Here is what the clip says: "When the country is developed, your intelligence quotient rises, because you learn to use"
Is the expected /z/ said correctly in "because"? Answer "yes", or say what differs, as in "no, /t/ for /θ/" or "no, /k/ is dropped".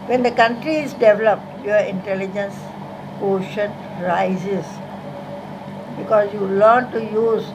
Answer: no, /s/ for /z/